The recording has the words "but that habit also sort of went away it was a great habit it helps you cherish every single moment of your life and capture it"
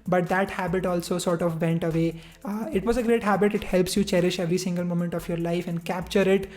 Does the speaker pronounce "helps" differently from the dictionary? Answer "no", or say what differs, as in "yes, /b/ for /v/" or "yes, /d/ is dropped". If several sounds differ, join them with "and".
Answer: no